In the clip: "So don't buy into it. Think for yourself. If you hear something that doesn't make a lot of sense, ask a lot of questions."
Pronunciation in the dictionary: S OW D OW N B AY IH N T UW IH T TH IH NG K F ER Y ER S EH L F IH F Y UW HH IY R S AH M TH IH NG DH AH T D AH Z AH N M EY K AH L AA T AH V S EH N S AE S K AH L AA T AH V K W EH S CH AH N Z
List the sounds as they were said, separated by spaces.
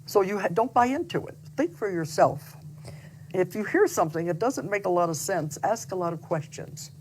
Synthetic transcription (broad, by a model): S OW D OW N B AY IH N T UW IH T TH IH NG K F ER Y ER S EH L F IH F Y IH HH IY R S AH M TH IH NG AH T D AH Z AH N M EY K AH L AA T AH V S EH N S AE S K AH L AA T AH V K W EH S CH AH N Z